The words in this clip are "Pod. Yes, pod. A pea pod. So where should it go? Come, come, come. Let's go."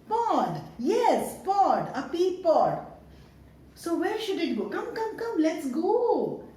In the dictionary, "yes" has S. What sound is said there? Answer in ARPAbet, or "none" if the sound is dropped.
S